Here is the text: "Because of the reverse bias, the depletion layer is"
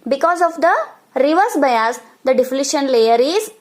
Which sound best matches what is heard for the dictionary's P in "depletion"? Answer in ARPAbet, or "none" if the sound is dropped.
F